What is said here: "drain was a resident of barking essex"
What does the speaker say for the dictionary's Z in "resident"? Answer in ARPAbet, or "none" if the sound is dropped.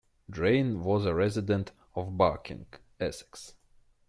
Z